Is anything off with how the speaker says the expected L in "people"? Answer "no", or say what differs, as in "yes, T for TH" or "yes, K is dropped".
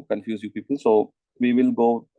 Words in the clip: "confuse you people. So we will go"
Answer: yes, N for L